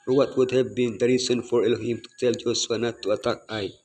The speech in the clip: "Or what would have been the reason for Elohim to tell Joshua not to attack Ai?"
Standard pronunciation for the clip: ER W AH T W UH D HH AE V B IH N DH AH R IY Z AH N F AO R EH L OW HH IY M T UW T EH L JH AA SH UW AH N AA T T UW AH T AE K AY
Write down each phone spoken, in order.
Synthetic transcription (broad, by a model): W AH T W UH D HH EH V B IH N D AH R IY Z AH N F AO R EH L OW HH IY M T UW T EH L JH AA S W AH N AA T T UW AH T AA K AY